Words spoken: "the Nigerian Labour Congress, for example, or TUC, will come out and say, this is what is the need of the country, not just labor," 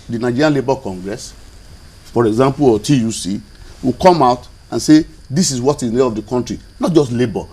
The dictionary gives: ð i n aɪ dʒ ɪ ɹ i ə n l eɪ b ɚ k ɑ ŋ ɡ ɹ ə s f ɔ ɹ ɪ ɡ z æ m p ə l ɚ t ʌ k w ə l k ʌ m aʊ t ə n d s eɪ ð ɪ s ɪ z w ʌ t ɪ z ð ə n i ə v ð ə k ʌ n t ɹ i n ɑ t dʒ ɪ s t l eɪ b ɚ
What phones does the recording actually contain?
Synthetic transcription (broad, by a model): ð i n aɪ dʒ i ɹ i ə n l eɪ b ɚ k ɑ ŋ ɡ ɹ ə s f ɔ ɹ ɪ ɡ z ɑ m p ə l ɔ t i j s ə w k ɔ m aʊ t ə n s eɪ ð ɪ s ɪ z w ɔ t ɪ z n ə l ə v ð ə k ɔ n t ɹ i n ɑ t dʒ ɪ s t l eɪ b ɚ